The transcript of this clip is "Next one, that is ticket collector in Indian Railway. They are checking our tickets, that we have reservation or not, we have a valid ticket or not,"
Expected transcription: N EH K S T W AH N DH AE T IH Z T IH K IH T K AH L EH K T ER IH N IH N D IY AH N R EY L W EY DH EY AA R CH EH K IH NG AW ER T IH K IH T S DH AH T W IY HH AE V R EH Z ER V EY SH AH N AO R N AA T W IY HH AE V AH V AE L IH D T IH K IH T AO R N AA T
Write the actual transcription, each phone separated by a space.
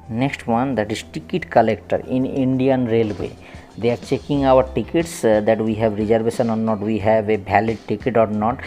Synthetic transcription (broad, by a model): N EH K S T W AH N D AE T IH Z T IH K IH T K AH L EH K T ER IH N IH N D IY AH N R EY L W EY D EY AA R CH EH K IH NG AW ER T IH K IH T S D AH T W IY HH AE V R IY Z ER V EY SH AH N AO R N AA T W IY HH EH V AH B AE L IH D T IH K IH T AO R N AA T